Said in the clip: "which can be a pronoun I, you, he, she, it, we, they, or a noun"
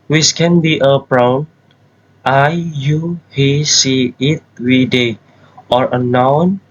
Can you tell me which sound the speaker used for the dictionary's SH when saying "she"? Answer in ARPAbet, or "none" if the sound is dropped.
S